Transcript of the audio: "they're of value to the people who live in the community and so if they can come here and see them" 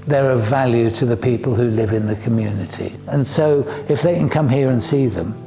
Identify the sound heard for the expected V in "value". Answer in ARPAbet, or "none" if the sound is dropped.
V